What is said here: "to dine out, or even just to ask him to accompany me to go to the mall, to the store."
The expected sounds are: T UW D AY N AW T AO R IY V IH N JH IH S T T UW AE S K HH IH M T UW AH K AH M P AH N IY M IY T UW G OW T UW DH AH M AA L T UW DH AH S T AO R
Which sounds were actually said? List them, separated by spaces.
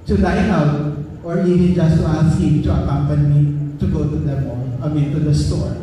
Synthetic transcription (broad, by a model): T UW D AY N AW T AO R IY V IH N JH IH S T T UW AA S K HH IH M T UW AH K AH M P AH N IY M IY T UW G OW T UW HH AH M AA N T UW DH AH S T AO R